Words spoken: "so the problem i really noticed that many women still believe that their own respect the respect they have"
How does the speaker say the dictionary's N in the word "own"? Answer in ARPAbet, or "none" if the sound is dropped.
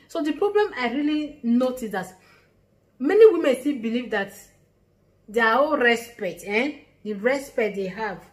L